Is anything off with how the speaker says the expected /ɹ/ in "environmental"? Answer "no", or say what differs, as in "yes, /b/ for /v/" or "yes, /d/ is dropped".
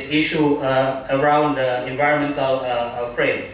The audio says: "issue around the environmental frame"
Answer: no